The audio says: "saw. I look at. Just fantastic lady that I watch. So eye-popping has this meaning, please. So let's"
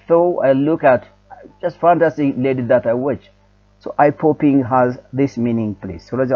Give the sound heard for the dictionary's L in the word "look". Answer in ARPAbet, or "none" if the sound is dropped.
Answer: L